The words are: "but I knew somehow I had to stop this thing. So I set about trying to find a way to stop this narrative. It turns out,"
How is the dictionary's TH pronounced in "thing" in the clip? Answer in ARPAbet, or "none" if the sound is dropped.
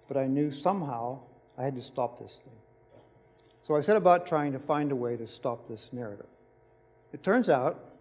TH